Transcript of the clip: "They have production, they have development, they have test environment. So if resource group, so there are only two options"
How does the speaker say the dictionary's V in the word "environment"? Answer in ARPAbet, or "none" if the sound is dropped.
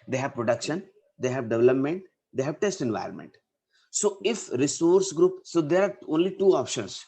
V